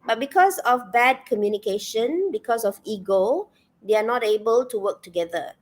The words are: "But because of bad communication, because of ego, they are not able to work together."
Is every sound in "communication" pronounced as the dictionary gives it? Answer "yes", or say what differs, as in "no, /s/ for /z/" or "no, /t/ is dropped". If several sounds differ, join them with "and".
yes